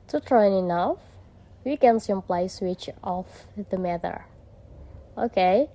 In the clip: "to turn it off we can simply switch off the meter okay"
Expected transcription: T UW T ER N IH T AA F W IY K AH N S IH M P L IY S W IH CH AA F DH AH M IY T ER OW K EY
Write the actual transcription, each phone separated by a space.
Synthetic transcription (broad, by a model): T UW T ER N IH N AA F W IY K AH N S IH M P L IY S W IH CH AA F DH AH M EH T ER OW K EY